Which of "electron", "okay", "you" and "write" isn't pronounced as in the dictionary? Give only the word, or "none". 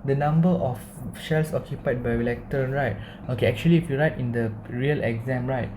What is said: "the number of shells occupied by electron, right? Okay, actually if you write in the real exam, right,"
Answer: electron